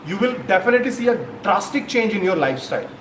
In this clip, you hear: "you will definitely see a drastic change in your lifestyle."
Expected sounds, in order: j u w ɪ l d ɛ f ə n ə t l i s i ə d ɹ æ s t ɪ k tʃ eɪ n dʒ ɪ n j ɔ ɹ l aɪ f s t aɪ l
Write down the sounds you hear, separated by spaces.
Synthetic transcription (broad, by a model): j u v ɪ l d ɛ f ə n ə t l i s i ə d ɹ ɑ s t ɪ k tʃ eɪ n dʒ ɪ n j ɔ ɹ l aɪ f s t aɪ l